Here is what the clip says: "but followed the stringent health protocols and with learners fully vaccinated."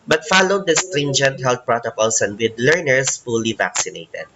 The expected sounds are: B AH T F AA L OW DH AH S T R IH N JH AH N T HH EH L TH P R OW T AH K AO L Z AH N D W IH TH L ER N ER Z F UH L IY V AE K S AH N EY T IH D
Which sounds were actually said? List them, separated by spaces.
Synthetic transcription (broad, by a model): B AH T F AA L OW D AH S T R IH N JH AH N T HH EH L T P R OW T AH K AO L S AH N D W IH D L ER N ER S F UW L IY V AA K S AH N EY T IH D